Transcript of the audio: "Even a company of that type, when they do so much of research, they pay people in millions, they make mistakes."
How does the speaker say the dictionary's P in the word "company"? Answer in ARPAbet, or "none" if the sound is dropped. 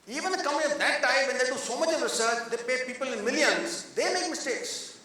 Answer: none